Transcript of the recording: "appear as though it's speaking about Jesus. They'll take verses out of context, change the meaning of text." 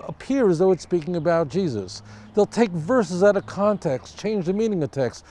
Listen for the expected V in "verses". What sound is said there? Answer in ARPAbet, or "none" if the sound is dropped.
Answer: V